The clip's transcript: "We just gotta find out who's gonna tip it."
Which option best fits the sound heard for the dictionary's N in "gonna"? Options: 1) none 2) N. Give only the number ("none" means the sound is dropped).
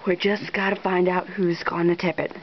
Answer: 2